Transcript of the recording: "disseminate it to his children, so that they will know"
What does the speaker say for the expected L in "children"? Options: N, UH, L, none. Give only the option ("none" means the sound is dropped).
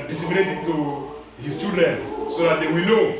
none